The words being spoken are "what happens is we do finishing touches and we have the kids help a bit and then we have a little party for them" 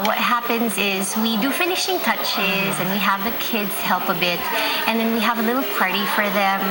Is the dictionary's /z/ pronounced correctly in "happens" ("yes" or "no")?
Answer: yes